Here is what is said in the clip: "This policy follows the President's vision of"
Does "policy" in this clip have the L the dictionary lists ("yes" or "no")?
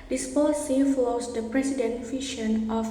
yes